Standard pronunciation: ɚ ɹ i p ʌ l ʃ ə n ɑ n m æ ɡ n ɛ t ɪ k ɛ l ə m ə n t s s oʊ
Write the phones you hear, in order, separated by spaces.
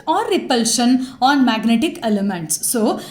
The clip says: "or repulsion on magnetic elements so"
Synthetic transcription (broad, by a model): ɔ ɹ i p ʌ l ʃ ə n ɑ n m æ ɡ n ɛ t ɪ k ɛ l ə m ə n t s s oʊ